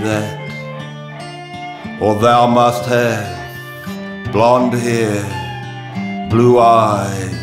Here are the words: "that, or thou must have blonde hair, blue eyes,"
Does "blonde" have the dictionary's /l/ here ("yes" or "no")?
yes